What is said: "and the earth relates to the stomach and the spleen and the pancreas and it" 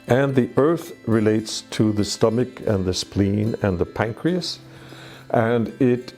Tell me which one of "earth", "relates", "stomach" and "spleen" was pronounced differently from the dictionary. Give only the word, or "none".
none